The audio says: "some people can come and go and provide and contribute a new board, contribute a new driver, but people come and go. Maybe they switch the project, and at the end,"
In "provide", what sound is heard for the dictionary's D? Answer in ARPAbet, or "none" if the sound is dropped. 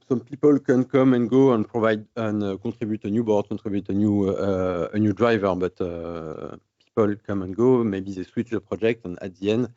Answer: D